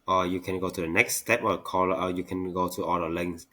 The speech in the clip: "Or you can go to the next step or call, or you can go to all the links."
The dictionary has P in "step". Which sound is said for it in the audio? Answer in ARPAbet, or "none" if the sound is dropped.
P